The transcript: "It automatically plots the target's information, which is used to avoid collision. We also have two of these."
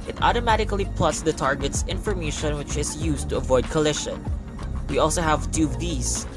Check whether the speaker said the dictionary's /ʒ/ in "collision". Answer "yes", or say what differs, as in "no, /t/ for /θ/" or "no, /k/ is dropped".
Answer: no, /ʃ/ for /ʒ/